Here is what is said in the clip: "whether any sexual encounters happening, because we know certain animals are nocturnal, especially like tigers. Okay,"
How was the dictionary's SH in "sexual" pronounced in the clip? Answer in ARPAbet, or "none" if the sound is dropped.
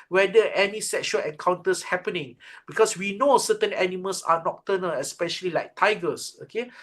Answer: SH